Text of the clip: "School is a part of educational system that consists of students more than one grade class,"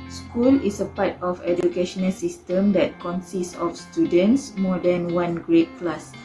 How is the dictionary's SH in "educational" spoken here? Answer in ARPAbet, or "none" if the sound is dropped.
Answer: SH